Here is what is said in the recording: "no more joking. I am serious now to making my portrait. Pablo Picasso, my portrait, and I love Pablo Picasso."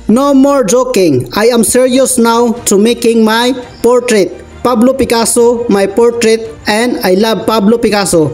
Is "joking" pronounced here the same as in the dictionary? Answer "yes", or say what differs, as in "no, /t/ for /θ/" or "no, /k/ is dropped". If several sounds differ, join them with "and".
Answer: yes